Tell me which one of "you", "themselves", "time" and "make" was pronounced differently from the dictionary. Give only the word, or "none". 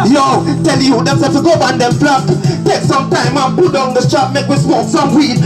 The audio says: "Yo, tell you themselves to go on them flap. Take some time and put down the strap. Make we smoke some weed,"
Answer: themselves